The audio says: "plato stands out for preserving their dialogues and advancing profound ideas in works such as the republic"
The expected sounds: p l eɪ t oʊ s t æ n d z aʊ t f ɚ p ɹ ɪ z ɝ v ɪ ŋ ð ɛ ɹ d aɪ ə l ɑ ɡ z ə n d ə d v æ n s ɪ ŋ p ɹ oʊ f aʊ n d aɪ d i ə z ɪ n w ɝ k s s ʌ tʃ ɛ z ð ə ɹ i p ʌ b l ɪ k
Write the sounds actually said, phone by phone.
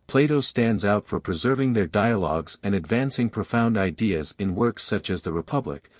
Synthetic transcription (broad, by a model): p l eɪ t oʊ s t æ n d z aʊ t f ɚ p ɹ ɪ z ɝ v ɪ ŋ ð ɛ ɹ d aɪ ə l ɑ ɡ z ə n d ə d v æ n s ɪ ŋ p ɹ oʊ f aʊ n d aɪ d i ə z ɪ n w ɝ k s s ʌ tʃ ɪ z ð ə ɹ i p ʌ b l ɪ k